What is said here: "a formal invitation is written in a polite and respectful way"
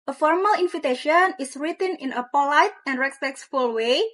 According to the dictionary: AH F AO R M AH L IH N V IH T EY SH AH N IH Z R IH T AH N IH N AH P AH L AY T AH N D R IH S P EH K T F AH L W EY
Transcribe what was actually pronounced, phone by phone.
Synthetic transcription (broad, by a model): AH F AO R M AH L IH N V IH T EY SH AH N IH S R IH T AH N IH N AH P AH L AY T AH N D R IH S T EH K S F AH L W EY